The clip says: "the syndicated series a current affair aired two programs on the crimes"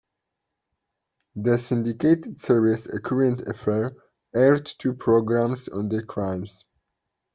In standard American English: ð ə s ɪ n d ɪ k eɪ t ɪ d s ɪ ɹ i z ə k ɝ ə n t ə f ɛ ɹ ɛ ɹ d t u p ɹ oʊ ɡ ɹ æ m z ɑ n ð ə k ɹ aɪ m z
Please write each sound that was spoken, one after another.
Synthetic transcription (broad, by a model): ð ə s ɪ n d ɪ k eɪ t ɪ d s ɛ ɹ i s ə k ɝ ə n t ə f ɛ ɹ ɛ ɹ d t u p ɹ oʊ ɡ ɹ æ m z ɑ n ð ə k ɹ aɪ m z